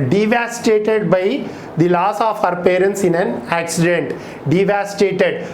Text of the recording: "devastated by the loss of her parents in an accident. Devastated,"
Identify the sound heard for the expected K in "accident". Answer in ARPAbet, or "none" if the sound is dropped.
K